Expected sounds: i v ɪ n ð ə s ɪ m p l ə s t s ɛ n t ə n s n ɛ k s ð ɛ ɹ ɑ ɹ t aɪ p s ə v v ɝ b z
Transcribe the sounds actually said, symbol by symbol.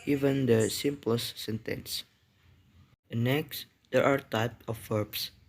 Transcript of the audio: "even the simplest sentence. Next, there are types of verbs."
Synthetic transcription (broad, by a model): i v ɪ n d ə s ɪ m p l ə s s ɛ n t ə n s n ɛ k s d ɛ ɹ ɑ ɹ t aɪ p ə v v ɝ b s